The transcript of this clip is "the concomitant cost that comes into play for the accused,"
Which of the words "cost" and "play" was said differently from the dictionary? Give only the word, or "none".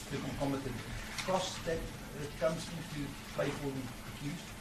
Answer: play